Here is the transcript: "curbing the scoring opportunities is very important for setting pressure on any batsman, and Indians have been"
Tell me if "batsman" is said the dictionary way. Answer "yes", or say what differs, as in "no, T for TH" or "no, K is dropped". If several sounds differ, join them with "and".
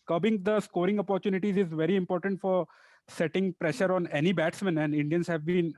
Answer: yes